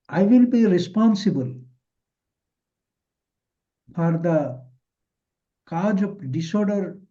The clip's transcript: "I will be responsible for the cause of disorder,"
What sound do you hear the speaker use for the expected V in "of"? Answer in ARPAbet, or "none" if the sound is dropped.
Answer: P